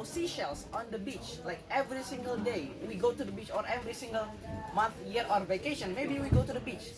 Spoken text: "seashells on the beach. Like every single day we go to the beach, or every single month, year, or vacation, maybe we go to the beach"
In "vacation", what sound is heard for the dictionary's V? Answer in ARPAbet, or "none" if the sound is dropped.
V